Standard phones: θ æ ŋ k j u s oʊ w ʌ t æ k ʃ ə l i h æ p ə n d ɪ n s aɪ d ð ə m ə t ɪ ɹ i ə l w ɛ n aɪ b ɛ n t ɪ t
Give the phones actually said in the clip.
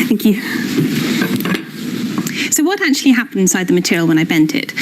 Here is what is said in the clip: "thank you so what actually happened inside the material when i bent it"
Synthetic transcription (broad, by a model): θ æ ŋ k j u s oʊ w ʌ t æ k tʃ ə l i h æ p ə n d ɪ n s aɪ d ð ə m ə t ɪ ɹ i ə l w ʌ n aɪ b ɛ n t ɪ t